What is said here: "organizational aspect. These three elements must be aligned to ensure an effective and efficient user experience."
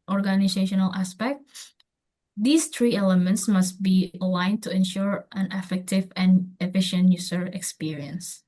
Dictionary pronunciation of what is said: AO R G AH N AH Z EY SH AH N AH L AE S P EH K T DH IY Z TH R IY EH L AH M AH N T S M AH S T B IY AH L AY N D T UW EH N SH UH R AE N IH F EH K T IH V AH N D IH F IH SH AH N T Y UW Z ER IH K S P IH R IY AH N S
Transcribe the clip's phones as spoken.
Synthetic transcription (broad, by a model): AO R G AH N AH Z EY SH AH N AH L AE S P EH K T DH IY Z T R IY EH L AH M AH N T S M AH S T B IY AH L AY N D T UW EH N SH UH R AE N IH F EH K T IH V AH N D IH F IH SH AH N T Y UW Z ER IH K S P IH R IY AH N S